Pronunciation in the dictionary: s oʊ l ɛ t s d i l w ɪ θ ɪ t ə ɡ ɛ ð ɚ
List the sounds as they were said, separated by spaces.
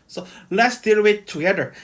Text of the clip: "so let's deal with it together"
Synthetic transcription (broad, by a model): s oʊ l ɛ t s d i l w ɪ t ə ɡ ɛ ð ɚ